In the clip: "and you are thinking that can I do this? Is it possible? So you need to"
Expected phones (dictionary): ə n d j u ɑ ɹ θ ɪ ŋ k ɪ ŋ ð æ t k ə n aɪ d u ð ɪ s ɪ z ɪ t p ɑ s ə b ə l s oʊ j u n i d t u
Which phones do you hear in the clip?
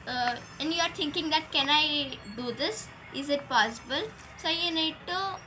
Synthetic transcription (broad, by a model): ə n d j u ɑ ɹ t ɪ ŋ k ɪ ŋ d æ t k ə n aɪ d u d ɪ s ɪ z ɪ t p ɑ s ə b ə l s oʊ j u n i d t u